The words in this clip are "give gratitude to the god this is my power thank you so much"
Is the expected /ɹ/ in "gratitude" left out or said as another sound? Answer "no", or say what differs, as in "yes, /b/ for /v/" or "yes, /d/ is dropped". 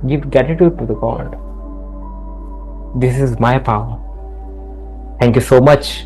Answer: yes, /ɹ/ is dropped